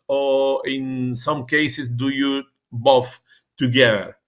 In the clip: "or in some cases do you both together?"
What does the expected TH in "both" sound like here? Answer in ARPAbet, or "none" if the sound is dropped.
F